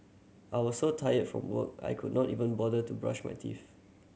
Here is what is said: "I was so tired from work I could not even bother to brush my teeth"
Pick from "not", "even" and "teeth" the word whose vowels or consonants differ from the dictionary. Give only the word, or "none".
teeth